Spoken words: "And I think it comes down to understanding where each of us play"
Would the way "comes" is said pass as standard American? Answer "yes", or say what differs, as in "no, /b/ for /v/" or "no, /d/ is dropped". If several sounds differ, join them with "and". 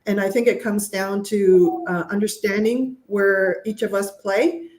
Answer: yes